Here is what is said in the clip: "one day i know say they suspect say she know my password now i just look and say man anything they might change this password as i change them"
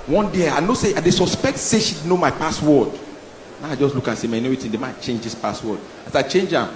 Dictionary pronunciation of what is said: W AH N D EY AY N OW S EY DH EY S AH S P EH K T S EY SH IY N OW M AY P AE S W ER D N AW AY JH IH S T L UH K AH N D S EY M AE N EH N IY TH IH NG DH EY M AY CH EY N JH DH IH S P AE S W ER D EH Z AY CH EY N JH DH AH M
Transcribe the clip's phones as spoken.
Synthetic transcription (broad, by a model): W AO N D EY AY N OW S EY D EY S AH S P EH K T S EY SH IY N OW M AY P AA S W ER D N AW AY JH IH S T L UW K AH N S EY M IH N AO IY T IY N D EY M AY CH EY N JH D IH S P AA S W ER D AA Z AY CH EY N JH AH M